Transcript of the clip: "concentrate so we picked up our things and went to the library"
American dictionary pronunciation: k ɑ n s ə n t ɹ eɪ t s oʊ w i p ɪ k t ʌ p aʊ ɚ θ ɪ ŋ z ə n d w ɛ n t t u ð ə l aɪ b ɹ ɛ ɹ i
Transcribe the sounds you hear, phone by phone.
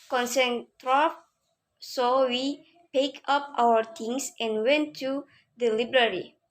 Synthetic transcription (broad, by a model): k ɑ n s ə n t ɹ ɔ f s oʊ w i p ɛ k ʌ p aʊ ɚ t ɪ ŋ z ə n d w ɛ n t t u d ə l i b ɹ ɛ ɹ i